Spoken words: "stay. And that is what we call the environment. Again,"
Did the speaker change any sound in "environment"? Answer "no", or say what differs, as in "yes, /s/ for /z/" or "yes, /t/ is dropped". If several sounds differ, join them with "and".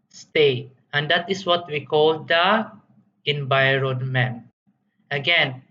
yes, /t/ is dropped